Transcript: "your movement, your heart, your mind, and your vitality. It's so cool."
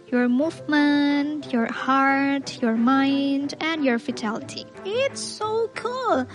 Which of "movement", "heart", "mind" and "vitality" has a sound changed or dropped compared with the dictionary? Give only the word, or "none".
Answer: vitality